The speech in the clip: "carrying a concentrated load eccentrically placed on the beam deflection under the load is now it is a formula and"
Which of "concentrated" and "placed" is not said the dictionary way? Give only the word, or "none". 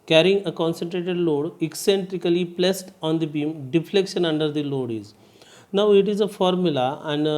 none